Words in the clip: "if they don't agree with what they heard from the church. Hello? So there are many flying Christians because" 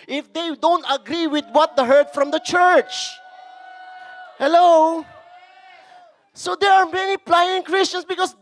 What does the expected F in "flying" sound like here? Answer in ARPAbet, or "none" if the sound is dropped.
P